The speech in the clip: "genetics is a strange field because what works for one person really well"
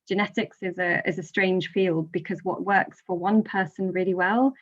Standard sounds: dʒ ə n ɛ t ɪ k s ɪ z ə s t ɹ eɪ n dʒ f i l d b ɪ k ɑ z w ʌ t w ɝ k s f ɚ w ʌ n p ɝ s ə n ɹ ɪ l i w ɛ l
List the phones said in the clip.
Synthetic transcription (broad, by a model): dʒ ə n ɛ t ɪ k s ɪ z ə s t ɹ eɪ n ʒ f i l d b ɪ k ɑ z w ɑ t w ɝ k s f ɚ w ʌ n p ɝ s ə n ɹ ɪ l i w ɛ l